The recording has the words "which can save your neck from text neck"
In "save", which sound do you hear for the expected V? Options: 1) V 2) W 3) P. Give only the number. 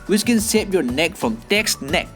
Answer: 3